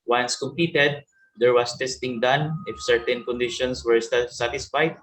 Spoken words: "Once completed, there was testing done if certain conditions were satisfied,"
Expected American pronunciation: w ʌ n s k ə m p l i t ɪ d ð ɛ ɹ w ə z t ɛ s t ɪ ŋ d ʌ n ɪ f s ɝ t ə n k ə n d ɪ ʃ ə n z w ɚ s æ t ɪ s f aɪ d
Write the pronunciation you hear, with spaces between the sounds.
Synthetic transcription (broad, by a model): w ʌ n s k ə m p i t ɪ d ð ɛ ɹ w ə s t ɛ s t ɪ ŋ d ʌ n ɪ f s ɝ t ə n k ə n d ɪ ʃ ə n s w ɚ s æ t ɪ s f aɪ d